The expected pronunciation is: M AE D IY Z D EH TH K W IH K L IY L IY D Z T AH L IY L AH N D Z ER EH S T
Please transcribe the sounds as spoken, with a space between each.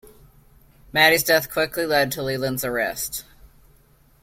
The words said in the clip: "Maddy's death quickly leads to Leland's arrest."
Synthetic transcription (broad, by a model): M AE D IY Z D EH TH K W IH K L IY L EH D T AH L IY L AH N Z ER EH S T